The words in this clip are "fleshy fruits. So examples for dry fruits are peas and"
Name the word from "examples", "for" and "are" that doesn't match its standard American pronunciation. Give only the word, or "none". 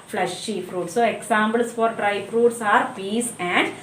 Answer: examples